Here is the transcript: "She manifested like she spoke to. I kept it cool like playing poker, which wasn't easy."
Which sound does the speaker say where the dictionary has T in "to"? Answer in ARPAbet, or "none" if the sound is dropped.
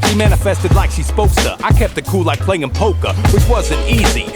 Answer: S